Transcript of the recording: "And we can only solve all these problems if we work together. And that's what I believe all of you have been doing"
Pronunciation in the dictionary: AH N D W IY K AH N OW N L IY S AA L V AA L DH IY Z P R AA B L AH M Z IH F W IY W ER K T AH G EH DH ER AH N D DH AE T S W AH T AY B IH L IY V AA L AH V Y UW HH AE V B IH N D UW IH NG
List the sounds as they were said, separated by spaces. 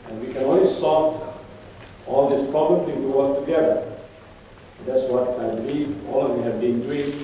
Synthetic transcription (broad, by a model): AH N W IY K AH N OW N L IY S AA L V AA L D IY S P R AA B L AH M IH P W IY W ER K T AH G EH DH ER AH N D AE T S W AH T AY B IH L IY V AA L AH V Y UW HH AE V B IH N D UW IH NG